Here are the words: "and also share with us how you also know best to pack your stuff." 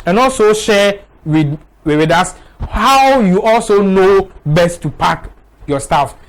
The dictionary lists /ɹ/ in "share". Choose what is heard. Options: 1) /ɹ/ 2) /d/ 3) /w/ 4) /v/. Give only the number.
3